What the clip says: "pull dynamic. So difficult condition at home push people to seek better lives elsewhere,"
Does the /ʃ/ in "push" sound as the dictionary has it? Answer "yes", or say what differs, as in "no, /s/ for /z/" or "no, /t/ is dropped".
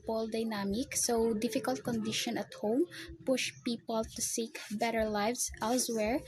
yes